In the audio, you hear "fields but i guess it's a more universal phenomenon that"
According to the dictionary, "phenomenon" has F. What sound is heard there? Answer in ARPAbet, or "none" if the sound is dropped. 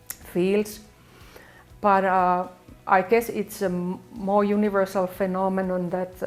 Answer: F